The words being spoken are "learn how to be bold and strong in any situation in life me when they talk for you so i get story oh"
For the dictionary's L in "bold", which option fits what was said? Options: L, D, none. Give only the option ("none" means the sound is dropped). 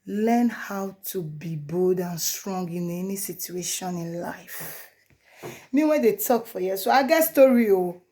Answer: none